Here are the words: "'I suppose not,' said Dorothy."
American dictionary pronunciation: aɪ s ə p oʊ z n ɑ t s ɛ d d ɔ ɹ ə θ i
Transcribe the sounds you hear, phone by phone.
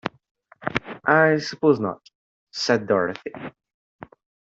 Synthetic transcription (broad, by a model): aɪ s ə p oʊ z n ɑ t s ɛ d d ɔ ɹ ə θ i